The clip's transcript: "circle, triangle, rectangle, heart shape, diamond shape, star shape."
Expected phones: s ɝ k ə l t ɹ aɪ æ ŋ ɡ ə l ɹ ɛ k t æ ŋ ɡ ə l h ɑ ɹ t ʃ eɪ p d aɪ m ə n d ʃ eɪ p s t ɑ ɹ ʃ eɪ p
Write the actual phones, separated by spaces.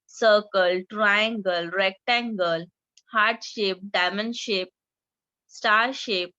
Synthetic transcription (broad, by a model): s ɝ k ə l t ɹ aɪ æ ŋ ɡ ə l ɹ ɛ k t æ ŋ ɡ ə l h ɑ ɹ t ʃ eɪ p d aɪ m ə n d ʃ eɪ p s t ɑ ɹ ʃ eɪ p